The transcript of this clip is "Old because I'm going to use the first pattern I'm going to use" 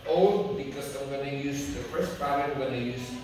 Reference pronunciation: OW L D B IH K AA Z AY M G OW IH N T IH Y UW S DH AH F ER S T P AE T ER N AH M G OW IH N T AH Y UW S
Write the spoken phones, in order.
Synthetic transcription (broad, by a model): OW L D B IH K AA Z AY M G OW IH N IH Y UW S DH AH F ER S T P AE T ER AH M G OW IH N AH Y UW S